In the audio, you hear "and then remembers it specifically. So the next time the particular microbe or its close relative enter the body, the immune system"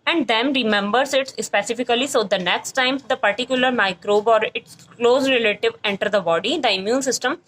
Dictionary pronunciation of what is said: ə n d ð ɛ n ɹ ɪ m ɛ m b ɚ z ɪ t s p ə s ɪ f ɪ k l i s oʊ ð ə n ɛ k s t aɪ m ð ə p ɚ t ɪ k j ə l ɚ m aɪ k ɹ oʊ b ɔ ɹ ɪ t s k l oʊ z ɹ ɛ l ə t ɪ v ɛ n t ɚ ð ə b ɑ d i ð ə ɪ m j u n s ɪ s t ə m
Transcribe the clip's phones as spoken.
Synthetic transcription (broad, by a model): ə n d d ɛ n ɹ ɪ m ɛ m b ɚ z ɪ t s p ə s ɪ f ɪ k l i s oʊ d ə n ɛ k s t aɪ m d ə p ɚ t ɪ k j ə l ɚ m aɪ k ɹ oʊ b ɔ ɹ ɪ t s k l oʊ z ɹ ɛ l ə t ɪ v ɛ n t ɚ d ə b ɑ d i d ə ɪ m j u n s ɪ s t ə m